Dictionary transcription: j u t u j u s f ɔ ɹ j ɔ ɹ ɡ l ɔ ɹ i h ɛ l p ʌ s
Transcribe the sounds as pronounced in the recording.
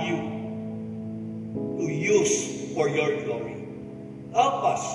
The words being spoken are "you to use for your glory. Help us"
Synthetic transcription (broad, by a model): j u t u j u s f ɔ ɹ j ɔ ɹ ɡ l ɔ ɹ i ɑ p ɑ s